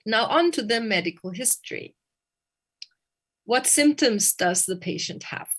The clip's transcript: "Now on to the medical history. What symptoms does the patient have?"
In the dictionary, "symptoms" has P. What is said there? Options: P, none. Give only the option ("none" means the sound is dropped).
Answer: P